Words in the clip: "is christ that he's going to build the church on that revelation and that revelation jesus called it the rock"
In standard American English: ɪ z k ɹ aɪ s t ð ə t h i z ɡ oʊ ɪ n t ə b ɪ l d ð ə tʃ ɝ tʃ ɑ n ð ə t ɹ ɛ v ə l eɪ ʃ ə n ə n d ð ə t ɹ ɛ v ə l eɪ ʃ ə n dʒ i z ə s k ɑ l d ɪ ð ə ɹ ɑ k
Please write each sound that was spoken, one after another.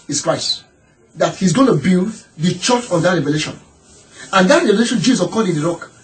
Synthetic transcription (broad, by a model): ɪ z k ɹ aɪ s t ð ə t h i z ɡ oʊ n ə b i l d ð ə tʃ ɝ tʃ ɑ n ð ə t ɹ ɛ v ə l eɪ ʃ ə n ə n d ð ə t ɹ ɛ v ə l eɪ ʃ ə n dʒ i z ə k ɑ d ɪ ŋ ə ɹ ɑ k